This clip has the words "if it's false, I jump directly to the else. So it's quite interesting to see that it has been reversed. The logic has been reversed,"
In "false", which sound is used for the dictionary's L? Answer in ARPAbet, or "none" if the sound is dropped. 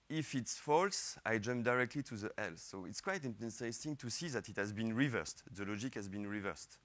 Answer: L